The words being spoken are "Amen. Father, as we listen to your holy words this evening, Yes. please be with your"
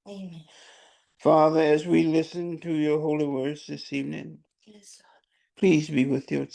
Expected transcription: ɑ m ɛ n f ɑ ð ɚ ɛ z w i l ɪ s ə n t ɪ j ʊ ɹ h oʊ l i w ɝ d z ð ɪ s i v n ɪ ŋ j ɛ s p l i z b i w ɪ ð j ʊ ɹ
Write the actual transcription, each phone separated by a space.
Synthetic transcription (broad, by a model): f ɑ ð ɚ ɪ z w i l ɪ s ə n t ɪ j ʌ ɹ h oʊ l i w ɝ d z ð ɪ s i v n ɪ ŋ p l i z b i w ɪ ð j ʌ ɹ